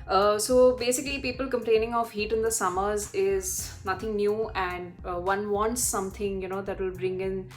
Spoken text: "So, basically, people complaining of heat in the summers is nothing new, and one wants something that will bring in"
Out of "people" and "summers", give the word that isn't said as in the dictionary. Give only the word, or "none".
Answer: none